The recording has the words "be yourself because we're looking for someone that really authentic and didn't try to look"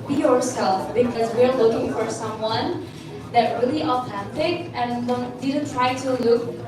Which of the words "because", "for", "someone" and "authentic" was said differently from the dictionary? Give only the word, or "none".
authentic